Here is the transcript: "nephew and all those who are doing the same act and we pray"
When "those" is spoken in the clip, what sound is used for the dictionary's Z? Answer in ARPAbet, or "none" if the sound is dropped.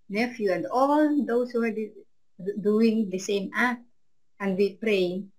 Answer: S